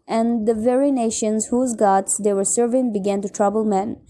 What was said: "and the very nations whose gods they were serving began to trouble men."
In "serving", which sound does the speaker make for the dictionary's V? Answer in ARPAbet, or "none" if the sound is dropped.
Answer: V